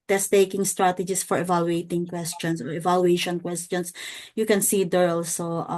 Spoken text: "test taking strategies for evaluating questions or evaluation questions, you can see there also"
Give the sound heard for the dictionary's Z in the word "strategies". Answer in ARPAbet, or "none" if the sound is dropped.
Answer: S